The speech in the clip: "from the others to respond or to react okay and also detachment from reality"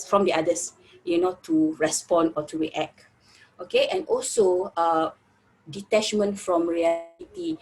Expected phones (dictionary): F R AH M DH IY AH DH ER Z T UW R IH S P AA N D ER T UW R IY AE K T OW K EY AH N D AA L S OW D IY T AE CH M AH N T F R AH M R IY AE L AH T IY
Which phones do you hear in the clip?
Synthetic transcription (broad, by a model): F R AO M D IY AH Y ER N T UW R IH S P AA N AO T UW R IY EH K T OW K EY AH N AA L S OW D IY T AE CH M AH N T F R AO M R IY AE L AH T IY